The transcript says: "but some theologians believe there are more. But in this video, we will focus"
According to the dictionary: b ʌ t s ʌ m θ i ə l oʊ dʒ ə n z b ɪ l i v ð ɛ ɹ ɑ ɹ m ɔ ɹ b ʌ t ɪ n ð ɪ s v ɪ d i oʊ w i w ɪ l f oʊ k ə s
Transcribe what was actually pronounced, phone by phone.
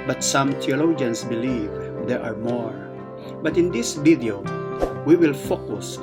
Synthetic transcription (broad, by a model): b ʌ t s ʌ m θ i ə l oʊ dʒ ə n s b ɪ l i v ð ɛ ɹ ɑ ɹ m ɔ ɹ b ʌ t ɪ n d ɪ s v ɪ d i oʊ w i w ɪ l f oʊ k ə s